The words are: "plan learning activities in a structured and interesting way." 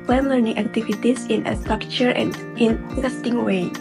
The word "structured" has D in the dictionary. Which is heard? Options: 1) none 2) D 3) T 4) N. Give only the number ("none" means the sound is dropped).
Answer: 1